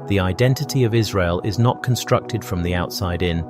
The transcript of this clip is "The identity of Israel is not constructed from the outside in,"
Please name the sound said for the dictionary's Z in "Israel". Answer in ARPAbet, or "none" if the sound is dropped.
Z